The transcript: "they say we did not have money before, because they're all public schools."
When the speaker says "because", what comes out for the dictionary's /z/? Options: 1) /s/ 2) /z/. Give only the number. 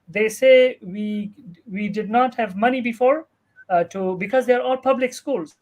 2